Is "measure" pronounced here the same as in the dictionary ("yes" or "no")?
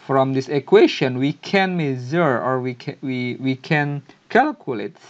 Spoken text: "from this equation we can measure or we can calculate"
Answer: no